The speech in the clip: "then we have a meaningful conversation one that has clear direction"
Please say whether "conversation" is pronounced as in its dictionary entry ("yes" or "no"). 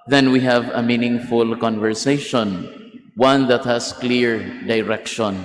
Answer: yes